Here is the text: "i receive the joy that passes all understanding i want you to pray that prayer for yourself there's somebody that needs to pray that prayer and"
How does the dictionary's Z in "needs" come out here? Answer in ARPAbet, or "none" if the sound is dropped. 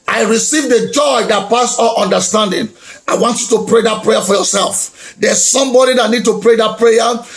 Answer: none